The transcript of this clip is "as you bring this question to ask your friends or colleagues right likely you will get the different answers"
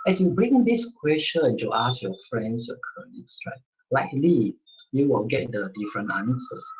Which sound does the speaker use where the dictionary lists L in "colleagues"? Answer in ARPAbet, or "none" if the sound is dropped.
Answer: N